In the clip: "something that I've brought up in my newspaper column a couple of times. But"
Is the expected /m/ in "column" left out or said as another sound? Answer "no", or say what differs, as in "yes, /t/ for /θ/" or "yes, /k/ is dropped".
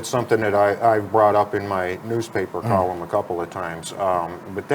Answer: no